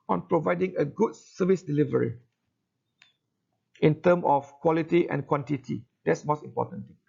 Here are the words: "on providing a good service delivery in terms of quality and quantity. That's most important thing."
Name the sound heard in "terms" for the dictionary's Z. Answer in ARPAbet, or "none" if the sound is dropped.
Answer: none